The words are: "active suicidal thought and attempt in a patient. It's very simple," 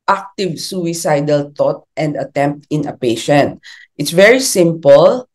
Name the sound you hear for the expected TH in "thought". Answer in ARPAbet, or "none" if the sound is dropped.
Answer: T